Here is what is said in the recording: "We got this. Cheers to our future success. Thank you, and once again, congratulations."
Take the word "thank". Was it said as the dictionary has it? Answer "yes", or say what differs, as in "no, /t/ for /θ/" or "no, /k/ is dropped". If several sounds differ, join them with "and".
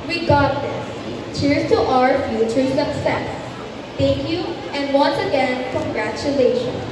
no, /t/ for /θ/